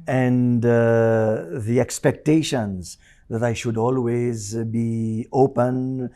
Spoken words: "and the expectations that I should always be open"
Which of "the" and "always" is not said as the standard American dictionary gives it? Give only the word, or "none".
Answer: none